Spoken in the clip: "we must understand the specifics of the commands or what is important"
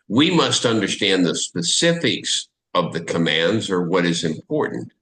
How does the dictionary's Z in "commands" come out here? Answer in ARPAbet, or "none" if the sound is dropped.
Z